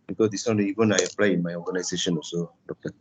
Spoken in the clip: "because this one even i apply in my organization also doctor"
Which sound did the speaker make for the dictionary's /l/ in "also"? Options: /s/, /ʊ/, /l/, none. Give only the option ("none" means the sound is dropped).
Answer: none